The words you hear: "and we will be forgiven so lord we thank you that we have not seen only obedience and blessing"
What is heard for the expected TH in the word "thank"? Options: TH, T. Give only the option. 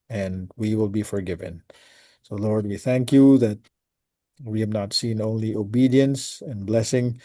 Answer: TH